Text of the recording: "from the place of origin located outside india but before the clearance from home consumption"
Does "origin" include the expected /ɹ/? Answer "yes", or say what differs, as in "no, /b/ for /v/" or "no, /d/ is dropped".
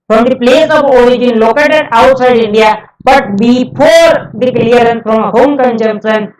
yes